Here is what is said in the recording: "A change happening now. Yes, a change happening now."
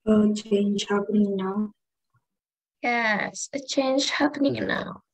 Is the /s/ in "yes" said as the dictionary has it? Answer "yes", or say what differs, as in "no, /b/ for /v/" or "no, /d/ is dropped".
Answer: yes